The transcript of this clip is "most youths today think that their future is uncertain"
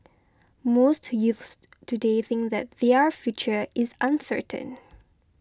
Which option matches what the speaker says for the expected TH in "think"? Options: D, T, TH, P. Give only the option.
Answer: TH